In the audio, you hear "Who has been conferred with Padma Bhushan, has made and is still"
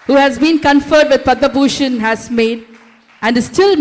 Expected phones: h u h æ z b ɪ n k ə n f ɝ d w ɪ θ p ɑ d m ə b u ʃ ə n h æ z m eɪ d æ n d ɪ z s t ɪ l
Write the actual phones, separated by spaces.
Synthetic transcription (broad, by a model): h u h æ z b ɪ n k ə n f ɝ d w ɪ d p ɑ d ə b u ʃ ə n h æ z m eɪ d æ n d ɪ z s t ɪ l